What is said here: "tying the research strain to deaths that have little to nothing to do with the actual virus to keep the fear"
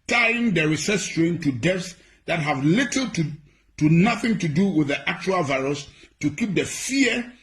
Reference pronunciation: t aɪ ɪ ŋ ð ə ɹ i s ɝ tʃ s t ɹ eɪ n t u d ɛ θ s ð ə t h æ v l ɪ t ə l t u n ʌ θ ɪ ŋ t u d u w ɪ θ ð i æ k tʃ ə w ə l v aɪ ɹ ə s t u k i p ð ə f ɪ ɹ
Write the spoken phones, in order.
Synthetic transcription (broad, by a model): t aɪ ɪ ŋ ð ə ɹ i s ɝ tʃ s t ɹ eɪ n t u d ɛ f s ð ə t h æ v l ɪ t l t u n ʌ θ ɪ ŋ t u d u w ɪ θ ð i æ k tʃ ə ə l v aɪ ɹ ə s t u k i p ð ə f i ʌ